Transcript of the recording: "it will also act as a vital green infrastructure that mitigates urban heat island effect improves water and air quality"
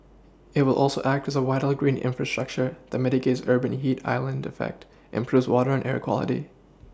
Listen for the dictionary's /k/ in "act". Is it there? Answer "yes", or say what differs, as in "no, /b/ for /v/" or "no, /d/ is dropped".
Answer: yes